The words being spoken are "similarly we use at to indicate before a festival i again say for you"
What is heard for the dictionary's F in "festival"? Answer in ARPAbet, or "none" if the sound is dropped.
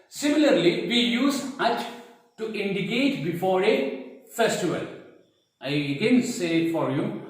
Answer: F